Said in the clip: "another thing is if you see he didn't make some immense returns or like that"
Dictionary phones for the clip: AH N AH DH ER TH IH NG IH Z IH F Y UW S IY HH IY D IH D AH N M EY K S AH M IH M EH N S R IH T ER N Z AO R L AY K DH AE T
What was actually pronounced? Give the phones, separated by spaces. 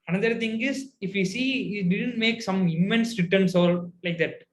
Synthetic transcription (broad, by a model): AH N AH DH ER T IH NG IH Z IH F Y UW S IY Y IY D IH D AH N M EY K S AH M IH M EH N S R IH T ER N S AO L L AY K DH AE T